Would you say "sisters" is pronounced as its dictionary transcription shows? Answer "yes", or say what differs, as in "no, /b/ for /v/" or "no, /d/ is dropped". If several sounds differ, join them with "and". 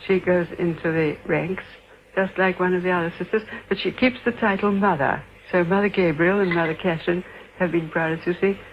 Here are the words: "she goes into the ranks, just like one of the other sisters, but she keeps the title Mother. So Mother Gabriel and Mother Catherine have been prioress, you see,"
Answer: yes